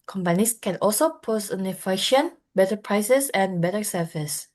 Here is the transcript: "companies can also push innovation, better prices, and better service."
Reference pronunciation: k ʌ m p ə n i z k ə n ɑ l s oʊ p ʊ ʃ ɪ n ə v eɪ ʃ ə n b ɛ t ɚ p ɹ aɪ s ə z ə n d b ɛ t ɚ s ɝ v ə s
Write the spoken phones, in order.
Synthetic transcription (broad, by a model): k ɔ m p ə n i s k ə n ɑ l s oʊ p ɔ s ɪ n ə f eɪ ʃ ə n b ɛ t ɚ p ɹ aɪ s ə s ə n b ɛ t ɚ s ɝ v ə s